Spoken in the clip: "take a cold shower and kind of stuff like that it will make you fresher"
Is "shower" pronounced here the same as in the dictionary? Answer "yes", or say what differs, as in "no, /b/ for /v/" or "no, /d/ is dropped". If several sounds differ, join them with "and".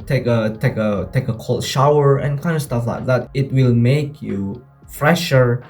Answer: yes